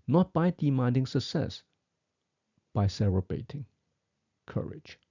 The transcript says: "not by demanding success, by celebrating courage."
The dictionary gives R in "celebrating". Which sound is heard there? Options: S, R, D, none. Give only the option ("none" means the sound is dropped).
none